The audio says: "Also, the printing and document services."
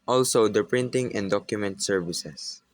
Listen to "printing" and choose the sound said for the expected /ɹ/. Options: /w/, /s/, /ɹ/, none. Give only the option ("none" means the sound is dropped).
/ɹ/